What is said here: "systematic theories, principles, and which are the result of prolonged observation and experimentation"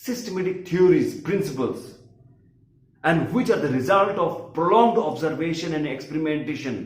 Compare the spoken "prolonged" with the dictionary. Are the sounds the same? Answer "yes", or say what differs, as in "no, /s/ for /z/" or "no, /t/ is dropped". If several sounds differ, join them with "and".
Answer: yes